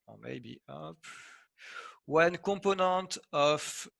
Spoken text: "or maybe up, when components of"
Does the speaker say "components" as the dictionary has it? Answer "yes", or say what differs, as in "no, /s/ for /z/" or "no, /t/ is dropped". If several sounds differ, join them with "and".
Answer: no, /m/ is dropped and /n/ is dropped and /s/ is dropped